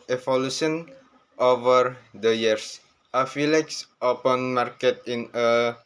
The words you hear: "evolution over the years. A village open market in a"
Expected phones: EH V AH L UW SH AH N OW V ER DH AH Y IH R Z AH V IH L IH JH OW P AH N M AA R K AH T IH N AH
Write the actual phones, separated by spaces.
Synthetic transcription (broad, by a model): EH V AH L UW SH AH N OW V ER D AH Y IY R S AH F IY L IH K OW P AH N M AA R K AH T IH N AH